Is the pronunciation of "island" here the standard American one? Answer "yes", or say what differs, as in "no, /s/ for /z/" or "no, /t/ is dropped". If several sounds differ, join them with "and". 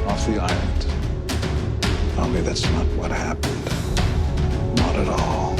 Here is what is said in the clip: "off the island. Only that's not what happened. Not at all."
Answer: no, /l/ is dropped